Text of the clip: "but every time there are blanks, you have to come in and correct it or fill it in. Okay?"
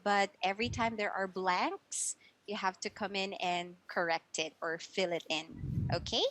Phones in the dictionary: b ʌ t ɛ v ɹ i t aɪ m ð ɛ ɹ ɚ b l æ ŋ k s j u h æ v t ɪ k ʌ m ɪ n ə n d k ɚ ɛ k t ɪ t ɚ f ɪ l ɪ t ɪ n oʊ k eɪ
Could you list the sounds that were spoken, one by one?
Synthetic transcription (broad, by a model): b ʌ t ɛ v ɹ i t aɪ m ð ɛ ɹ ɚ b l æ ŋ k s j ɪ h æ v t ɪ k ʌ m ɪ n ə n k ɚ ɛ k t ɪ t ɚ f ɪ l ɪ t ɪ n oʊ k eɪ